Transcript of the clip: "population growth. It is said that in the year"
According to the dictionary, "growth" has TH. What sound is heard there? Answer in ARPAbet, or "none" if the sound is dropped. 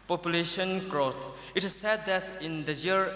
T